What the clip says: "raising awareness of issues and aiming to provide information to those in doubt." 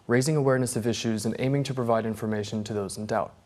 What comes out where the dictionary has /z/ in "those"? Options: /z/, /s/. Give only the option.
/z/